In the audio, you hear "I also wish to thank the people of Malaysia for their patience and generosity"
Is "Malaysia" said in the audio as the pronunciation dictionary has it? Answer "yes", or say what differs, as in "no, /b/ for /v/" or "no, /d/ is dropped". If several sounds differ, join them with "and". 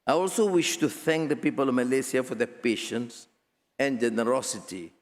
no, /s/ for /ʒ/